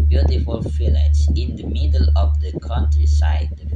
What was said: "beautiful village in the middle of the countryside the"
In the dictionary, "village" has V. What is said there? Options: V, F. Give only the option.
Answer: F